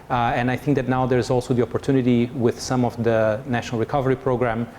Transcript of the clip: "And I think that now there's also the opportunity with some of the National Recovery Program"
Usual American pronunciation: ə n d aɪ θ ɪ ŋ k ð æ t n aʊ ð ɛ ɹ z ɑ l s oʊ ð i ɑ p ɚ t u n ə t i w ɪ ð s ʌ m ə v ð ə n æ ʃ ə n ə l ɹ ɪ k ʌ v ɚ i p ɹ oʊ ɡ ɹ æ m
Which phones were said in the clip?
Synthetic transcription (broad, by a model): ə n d aɪ θ ɪ ŋ k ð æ t n aʊ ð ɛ ɹ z ɑ l s oʊ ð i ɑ p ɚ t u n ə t i w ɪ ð s ʌ m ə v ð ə n æ ʃ ə n ə l ɹ ɪ k ʌ v ɚ i p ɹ oʊ ɡ ɹ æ m